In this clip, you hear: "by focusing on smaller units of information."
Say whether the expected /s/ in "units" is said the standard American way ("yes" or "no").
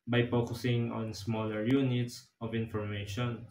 yes